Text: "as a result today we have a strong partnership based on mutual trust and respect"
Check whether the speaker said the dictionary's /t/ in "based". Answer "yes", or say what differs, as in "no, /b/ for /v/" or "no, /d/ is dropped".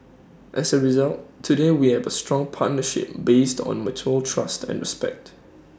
yes